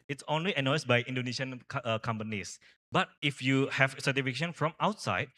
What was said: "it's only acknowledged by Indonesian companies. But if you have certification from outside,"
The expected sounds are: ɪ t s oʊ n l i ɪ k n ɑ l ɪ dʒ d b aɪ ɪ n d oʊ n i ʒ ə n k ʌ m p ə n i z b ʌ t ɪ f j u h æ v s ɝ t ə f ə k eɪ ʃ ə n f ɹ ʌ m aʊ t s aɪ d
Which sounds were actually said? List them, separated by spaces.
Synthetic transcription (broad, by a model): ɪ t s oʊ n l i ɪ n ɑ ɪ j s b aɪ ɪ n d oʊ n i ʃ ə n k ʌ m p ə n i s b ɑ t ɪ f j u h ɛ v s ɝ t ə f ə k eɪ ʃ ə n f ɹ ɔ m aʊ t s aɪ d